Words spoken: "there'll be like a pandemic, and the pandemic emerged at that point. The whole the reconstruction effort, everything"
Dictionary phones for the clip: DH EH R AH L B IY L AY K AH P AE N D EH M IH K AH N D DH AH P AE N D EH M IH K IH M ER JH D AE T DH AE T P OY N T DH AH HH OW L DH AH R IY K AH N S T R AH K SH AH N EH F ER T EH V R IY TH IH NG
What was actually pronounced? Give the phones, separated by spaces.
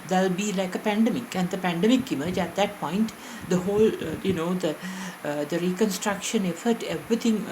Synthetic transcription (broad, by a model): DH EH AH L B IY L AY K AH P AE N D EH M IH K AH N D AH P AE N D EH M IH K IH M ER JH AE T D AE T P OY N T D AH HH OW L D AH R IY K AH N S T R AH K SH AH N EH F ER T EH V R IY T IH NG